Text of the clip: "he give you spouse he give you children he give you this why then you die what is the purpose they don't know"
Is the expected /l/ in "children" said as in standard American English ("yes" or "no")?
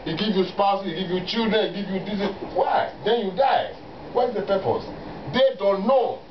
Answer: no